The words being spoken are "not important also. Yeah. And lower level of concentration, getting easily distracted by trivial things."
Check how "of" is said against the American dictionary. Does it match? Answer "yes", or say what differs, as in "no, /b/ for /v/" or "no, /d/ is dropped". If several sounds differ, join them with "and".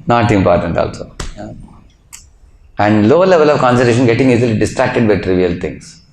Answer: yes